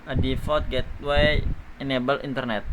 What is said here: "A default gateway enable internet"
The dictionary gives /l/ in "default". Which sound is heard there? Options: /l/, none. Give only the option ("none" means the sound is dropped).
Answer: none